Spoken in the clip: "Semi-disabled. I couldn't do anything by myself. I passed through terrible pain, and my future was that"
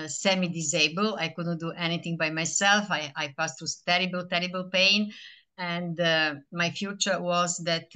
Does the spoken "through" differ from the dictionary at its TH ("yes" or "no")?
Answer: yes